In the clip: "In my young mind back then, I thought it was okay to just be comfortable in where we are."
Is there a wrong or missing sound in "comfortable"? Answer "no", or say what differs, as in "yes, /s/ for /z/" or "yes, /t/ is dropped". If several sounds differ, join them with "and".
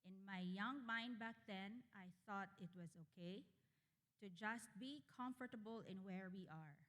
no